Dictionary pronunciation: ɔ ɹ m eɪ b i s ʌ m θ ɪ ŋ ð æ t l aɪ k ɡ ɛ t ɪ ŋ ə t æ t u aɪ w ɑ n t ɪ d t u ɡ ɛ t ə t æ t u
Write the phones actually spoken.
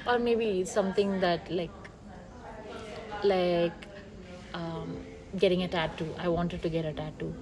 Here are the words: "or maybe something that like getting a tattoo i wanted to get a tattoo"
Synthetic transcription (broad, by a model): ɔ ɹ m eɪ b i s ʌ m t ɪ ŋ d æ t l aɪ k ɡ ɛ t ɪ ŋ ə t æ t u aɪ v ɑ n t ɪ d t u ɡ ɛ t ə t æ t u